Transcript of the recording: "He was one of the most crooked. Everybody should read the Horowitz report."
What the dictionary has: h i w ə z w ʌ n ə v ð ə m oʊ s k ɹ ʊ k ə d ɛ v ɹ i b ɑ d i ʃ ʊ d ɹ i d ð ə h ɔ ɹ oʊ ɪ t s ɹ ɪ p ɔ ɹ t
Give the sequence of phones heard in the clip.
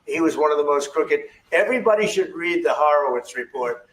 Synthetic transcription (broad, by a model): h i w ə z w ʌ n ə v ð ə m oʊ s k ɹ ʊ k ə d ɛ v ɹ i b ɑ d i ʃ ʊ d ɹ i d ð ə h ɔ ɹ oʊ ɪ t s ɹ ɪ p ɔ ɹ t